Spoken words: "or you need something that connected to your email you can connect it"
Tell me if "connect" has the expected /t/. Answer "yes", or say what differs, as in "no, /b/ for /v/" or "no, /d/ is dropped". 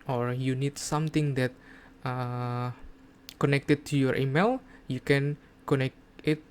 no, /t/ is dropped